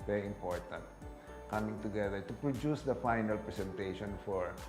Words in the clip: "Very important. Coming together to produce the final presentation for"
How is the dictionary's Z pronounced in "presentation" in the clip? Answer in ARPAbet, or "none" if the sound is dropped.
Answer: S